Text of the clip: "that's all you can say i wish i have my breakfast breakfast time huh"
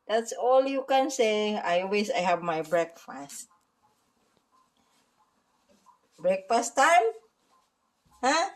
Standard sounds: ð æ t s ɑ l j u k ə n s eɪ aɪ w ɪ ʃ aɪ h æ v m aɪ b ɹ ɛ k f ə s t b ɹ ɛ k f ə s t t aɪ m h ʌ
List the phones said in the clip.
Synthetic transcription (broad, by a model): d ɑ t s ɑ l j u k ə n s eɪ aɪ w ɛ s aɪ h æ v m aɪ b ɹ ɛ k f ə s t b ɹ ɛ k f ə s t t aɪ m h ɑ